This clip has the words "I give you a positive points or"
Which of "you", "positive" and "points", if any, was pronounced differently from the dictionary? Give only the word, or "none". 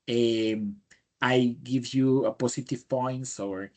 positive